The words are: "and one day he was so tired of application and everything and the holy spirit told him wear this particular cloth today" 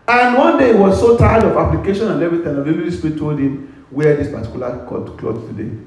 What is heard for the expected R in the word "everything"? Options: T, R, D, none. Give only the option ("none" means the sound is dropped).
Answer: none